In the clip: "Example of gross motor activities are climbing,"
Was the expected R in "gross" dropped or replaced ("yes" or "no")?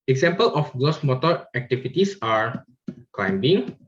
yes